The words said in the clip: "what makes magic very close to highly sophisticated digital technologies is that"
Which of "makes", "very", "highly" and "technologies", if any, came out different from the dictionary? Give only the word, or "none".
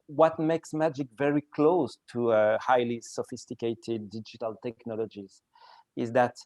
none